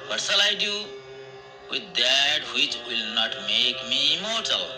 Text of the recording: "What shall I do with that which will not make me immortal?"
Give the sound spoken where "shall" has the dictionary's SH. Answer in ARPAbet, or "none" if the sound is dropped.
S